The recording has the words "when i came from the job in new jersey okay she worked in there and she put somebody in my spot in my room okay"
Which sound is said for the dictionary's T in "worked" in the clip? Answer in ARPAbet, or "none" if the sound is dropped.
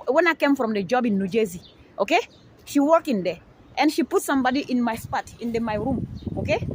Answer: none